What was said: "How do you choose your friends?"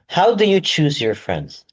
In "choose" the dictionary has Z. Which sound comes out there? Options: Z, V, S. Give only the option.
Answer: Z